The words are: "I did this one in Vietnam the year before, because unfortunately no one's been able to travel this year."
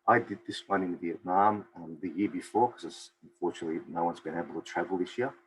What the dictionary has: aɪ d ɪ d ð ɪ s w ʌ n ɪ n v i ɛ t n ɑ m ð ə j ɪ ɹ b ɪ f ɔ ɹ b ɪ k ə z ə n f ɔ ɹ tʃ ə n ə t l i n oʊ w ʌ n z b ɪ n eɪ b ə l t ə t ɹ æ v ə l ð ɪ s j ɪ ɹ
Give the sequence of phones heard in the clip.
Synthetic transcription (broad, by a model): aɪ d ɪ d ð ɪ s w ʌ n ɪ n v i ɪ t n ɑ m ð ə j ɪ ɹ b ɪ f ɔ ɹ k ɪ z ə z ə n f ɔ ɹ tʃ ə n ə t l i n oʊ w ʌ n z b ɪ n eɪ b l t ə t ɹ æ v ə l ð ɪ s j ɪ